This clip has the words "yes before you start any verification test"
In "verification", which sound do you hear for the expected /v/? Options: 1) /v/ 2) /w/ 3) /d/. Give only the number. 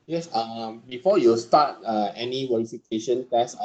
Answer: 2